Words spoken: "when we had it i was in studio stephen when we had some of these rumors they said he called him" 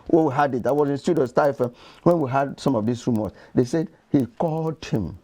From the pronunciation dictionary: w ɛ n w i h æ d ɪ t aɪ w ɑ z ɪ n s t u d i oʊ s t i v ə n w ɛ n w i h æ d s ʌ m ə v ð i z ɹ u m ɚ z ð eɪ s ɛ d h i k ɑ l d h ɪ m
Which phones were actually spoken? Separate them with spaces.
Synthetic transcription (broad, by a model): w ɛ w i h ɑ d ɪ t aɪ w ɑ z ɪ n s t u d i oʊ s t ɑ ə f w ɛ n w i h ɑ d s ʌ m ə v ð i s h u m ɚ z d eɪ s ɛ d h i k ɑ l d h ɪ m